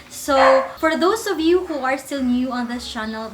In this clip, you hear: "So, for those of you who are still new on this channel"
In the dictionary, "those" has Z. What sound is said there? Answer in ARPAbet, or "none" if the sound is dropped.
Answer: S